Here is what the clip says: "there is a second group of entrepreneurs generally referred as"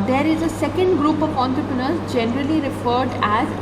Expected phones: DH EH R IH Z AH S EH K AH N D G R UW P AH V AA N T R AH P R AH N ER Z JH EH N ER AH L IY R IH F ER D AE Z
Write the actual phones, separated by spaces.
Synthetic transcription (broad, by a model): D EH R IH Z AH S EH K AH N D G R UW P AH V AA N T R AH P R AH N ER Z JH EH N ER AH L IY R IH F ER D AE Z